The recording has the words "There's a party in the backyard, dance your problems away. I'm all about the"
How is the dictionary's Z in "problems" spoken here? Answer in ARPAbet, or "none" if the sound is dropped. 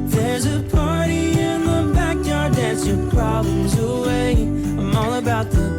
Z